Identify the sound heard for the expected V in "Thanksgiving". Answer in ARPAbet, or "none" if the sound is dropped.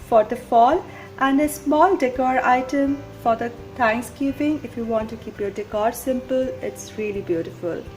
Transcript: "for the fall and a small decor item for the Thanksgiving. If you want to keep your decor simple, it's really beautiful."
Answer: P